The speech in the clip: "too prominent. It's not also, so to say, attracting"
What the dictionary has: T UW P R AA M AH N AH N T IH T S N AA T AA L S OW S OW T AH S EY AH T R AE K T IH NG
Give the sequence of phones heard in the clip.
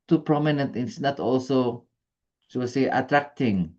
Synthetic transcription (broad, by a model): T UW P R AA M AH N AH N T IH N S N AA T AA L S OW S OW S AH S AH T R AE K T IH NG